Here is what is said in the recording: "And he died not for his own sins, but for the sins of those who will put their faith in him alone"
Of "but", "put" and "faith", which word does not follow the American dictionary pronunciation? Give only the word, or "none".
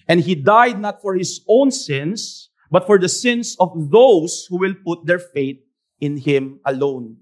faith